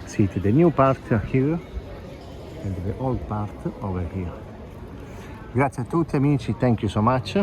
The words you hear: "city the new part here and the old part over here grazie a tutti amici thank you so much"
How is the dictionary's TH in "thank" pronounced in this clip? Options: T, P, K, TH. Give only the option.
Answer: T